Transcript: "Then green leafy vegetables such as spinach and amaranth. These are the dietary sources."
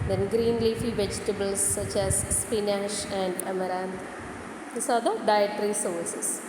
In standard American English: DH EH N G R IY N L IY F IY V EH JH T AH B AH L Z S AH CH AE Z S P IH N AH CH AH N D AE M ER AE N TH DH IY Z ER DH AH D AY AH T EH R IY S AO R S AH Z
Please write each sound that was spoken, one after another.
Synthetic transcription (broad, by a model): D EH N G R IY N L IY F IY V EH JH T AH B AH L S AH CH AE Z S P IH N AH SH AH N D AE M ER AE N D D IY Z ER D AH D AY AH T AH R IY S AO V S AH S